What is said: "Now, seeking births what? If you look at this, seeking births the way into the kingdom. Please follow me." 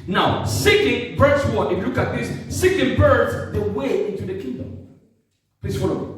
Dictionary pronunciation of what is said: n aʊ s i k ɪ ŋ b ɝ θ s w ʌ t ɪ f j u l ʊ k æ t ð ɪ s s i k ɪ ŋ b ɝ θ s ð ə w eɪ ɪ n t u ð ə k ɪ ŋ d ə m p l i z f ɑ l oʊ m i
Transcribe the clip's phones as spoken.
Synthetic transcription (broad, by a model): n aʊ s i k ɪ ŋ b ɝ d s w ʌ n ɪ f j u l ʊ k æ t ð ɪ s s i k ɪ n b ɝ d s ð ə w eɪ ɪ n t u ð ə k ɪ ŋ d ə m p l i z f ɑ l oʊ